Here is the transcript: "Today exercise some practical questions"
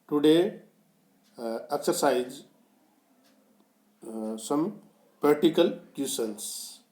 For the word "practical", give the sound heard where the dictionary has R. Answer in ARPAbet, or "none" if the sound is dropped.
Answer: none